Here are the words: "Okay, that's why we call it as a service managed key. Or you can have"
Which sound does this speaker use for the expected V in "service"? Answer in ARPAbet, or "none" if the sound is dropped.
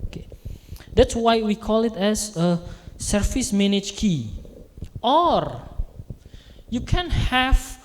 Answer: F